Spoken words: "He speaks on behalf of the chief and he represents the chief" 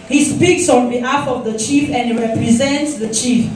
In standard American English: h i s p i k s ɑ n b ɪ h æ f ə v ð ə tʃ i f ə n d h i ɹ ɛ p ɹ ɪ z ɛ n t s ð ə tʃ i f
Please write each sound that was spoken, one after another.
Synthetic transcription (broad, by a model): h i s p i k s ɑ n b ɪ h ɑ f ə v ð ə tʃ i f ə n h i ɹ ɛ p ɹ ɪ z ɛ n t s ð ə tʃ i f